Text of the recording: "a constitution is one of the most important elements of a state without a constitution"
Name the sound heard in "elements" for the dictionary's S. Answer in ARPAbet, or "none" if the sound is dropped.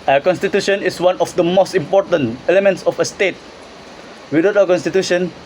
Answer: S